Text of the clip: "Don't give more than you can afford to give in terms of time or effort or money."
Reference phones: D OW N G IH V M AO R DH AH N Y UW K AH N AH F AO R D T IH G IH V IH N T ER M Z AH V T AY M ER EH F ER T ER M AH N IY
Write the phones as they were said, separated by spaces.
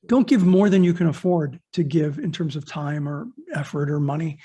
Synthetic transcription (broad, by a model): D OW N G IH V M AO R DH AH N Y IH K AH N AH F AO R D T IH G IH V IH N T ER M Z AH V T AY M ER EH F ER T ER M AH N IY